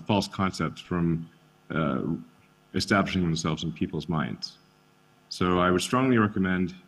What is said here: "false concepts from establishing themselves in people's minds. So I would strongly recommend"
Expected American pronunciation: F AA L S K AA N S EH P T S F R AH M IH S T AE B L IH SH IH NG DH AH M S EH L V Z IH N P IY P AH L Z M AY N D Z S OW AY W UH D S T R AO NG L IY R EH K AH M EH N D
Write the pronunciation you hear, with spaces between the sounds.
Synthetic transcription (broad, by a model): F AA L S K AA N S EH P T S F R AH M IH S T AE B L IH SH IH NG DH AH M S EH L V Z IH N P IY P L Z M AY N D Z S OW AY W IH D S T R AO NG L IY R EH K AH M EH N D